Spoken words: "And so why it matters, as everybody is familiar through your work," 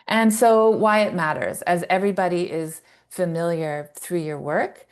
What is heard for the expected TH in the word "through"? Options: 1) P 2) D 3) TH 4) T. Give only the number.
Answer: 3